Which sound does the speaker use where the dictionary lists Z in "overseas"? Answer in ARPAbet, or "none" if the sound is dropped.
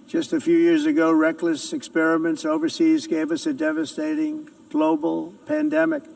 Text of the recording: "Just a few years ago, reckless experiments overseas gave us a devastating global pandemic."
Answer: Z